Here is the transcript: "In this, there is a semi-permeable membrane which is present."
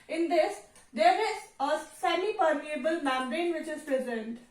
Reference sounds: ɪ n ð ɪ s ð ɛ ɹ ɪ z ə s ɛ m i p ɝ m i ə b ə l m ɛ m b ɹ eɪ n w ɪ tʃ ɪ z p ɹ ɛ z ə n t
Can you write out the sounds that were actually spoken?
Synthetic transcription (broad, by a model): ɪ n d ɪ s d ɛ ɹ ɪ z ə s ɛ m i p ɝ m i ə b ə l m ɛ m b eɪ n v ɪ tʃ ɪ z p ɹ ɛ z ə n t